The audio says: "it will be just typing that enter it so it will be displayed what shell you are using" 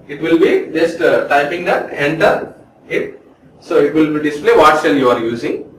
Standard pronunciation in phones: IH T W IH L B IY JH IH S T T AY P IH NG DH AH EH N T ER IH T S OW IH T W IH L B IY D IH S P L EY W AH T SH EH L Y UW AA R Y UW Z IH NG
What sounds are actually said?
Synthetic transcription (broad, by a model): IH T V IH L B IY JH IH S T T AY P IH NG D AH EH N T ER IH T S OW IH T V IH L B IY D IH S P L EY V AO T S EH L Y UW AA R Y UW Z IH NG